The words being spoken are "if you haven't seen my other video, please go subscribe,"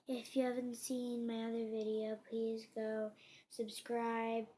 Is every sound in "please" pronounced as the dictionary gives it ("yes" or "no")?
yes